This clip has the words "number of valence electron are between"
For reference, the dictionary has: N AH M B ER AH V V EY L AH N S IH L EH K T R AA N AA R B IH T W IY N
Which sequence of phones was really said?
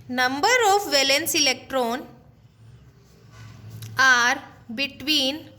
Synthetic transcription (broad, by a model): N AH M B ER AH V V EY L AH N S IH L EH K T R AA N AA R B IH T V IY N